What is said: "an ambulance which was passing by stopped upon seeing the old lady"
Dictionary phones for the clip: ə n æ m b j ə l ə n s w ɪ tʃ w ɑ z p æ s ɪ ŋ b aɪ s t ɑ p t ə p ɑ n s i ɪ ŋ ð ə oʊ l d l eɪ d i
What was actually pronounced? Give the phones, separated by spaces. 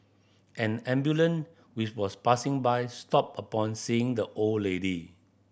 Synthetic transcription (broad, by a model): ə n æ m b j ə l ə n w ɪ tʃ w ɑ s p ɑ s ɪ ŋ b aɪ s t ɑ p ə p ɑ n s i ɪ ŋ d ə oʊ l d l eɪ d i